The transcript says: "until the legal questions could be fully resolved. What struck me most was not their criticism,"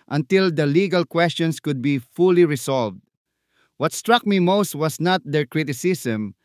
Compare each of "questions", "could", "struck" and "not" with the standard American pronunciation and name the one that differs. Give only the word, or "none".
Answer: questions